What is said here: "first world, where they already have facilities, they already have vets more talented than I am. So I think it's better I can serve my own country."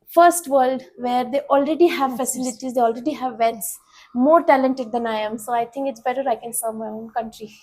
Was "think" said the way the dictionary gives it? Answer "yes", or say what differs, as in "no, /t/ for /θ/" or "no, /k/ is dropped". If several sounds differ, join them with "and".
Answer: no, /t/ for /θ/